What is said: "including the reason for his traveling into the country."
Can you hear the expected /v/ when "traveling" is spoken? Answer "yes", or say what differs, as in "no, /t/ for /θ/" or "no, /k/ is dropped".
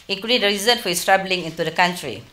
no, /b/ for /v/